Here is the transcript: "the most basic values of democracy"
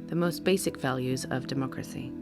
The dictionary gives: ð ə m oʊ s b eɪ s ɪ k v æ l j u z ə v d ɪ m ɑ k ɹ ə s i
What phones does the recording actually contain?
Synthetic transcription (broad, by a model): ð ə m oʊ s b eɪ s ɪ k v æ l j u z ə v d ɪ m ɑ k ɹ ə s i